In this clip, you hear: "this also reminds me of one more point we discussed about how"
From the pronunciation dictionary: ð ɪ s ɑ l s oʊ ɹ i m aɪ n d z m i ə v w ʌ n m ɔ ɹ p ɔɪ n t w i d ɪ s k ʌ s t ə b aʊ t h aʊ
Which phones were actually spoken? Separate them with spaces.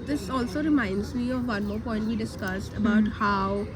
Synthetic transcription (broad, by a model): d ɪ s ɑ l s oʊ ɹ i m aɪ n d z m i ə v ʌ n m ɔ ɹ p ɔɪ n t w i d ɪ s k ʌ s t ə b aʊ t h aʊ